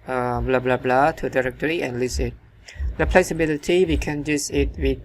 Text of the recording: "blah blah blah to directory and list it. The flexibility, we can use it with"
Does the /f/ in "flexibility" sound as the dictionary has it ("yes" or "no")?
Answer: no